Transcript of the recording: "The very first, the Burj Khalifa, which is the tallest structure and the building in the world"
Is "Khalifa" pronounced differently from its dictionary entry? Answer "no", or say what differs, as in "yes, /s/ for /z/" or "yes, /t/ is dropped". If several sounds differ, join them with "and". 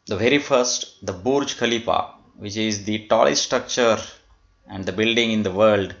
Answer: yes, /p/ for /f/